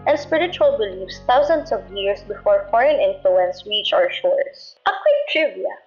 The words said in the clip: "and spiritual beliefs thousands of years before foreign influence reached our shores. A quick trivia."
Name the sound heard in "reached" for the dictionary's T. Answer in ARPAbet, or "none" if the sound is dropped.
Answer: none